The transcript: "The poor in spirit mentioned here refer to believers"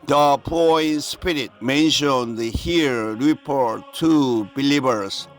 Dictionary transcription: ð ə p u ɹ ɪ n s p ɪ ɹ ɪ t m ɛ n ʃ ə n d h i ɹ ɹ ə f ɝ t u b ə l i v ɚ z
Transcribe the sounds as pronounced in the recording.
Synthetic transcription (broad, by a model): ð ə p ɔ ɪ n s p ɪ ɹ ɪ t m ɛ n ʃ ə n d h i ɹ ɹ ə p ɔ t u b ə l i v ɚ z